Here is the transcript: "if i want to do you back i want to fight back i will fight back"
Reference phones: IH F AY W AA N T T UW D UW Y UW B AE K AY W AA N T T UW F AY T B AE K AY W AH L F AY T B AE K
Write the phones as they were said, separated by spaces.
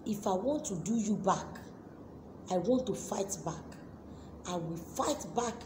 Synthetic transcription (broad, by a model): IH F AY W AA N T T UW D UW Y UW B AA K AY W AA N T T UW F AY T B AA K AY W AH L F AY T B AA K